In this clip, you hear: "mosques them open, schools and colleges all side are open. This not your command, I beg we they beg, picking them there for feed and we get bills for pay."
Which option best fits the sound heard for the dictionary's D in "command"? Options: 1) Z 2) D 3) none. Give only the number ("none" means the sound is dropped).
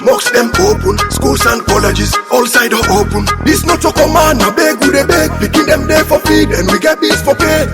3